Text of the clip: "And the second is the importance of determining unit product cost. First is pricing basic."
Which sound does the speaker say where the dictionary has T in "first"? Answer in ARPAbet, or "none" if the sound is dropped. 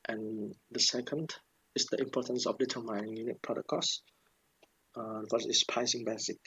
none